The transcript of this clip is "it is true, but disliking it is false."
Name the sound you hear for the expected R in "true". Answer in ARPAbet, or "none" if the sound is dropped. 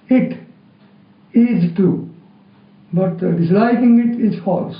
none